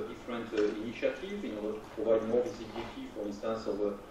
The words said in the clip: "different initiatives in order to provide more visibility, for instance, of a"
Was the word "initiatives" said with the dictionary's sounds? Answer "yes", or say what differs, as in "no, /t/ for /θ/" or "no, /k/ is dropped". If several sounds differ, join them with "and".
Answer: no, /z/ is dropped